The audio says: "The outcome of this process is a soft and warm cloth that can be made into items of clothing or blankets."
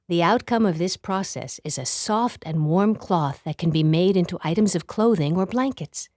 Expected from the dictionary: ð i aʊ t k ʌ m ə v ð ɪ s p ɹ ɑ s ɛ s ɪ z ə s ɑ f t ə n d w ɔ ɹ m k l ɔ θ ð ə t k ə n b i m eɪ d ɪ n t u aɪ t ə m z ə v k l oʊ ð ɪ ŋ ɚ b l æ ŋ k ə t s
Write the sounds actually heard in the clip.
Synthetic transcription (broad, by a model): ð i aʊ t k ʌ m ə v ð ɪ s p ɹ ɑ s ɛ s ɪ z ə s ɑ f t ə n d w ɔ ɹ m k l ɔ θ ð ə t k ə n b i m eɪ d ɪ n t u aɪ t ə m z ə v k l oʊ ð ɪ ŋ ɚ b l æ ŋ k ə t s